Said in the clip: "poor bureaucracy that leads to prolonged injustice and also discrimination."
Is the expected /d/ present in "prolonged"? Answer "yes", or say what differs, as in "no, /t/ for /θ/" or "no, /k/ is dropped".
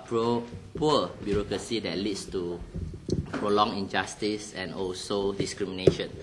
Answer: no, /d/ is dropped